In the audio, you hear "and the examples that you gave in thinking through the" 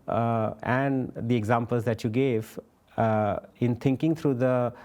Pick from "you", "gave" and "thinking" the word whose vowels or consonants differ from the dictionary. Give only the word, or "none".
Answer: thinking